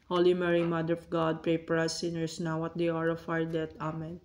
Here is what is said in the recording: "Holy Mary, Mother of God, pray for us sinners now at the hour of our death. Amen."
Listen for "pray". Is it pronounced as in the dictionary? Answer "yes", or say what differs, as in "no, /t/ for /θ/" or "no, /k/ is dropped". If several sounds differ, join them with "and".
yes